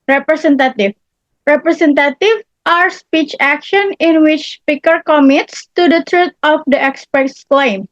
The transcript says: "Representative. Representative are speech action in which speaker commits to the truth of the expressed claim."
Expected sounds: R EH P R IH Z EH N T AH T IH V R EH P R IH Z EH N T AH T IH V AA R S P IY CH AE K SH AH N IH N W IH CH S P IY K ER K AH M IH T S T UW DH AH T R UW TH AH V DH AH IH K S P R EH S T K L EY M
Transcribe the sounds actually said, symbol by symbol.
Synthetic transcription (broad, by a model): R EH P R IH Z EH N T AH T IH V R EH P R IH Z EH N T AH T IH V AA R S P IY CH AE K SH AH N IH N W IH CH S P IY K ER K AH M IH T S T UW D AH T R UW T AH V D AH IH K S P EH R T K L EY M